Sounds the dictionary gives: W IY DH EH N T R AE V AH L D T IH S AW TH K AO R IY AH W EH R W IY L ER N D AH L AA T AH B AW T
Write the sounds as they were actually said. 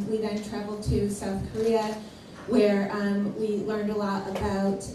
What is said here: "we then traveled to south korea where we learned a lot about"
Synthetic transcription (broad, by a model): W IY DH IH N T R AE V L D T IH S AW TH K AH R IY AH W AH R W IY L ER N D AH L AA T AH B AW T